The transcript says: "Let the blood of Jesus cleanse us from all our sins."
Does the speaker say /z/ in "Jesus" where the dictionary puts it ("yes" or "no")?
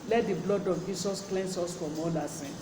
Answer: no